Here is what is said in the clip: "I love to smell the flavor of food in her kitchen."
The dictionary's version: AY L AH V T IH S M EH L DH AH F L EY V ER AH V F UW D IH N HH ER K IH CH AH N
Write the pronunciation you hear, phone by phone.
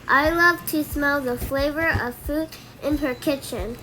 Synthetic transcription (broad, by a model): AY L AH V T IH S M EH L DH AH F L EY V ER AH V F UW D IH N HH ER K IH CH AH N